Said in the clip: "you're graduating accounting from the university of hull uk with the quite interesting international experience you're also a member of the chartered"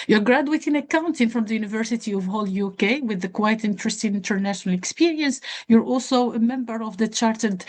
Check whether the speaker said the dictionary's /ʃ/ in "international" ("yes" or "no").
yes